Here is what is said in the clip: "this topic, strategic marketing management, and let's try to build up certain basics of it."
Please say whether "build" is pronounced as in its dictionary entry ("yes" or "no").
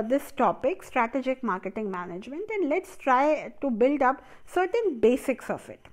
yes